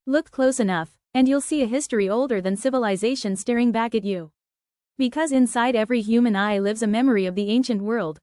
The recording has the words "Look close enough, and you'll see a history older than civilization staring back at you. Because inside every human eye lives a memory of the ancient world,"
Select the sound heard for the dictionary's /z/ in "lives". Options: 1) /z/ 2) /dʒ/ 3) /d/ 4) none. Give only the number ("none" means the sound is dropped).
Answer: 1